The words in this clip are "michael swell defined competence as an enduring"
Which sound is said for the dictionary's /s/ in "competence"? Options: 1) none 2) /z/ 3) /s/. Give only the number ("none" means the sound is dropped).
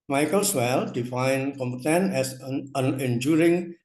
1